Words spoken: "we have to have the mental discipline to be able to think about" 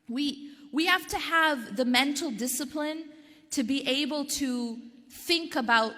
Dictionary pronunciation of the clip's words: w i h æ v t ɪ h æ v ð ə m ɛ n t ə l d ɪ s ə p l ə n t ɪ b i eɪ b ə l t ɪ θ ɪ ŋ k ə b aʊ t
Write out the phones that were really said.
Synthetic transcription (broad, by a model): w i h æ f t ɪ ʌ v ð ə m ɛ n t l d ɪ s ə p l ə n t ɪ b i eɪ b ə l t ɪ θ ɪ ŋ k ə b aʊ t